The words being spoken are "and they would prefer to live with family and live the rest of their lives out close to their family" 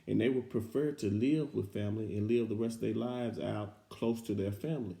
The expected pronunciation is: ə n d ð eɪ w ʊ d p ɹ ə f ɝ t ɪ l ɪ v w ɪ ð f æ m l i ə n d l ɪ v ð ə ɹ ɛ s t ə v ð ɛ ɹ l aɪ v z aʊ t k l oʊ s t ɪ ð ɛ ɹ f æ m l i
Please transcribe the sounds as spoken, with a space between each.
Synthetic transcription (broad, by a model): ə n ð eɪ w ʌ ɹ p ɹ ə f ɝ t ɪ l ɪ v w ɪ ð f æ m l i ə n l ɪ v ð ə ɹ ɛ s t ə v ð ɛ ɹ l aɪ v z aʊ t k l oʊ s t ɪ ð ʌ ɹ f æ m l i